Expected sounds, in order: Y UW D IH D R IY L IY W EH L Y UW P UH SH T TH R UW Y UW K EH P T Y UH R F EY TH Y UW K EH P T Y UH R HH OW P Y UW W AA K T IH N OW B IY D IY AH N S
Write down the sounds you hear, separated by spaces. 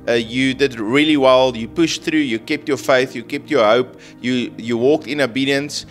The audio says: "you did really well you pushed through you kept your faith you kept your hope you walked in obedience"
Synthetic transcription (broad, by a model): Y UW D IH D R IY L IY W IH L Y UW P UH SH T TH R UW Y UW K EH P T Y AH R F EY TH Y UW K EH P T Y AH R HH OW P Y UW W AA K T IH N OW B IY D IY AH N S